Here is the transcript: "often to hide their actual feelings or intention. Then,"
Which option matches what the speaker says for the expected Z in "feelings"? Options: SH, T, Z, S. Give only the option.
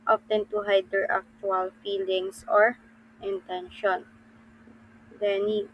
S